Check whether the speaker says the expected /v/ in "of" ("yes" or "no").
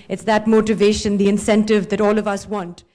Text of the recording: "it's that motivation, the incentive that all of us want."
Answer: yes